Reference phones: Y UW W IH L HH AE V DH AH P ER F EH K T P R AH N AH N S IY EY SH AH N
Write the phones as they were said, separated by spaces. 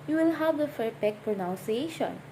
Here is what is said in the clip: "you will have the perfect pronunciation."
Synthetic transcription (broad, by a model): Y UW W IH L HH AE V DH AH F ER P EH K P R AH N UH N S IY EY SH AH N